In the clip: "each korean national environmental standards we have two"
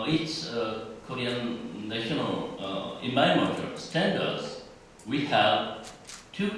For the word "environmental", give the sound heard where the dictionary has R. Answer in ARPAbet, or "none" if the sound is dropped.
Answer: none